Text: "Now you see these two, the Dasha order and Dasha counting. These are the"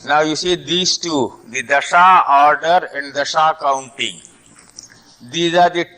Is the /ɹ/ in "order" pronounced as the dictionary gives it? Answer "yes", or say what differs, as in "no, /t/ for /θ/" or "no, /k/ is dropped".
yes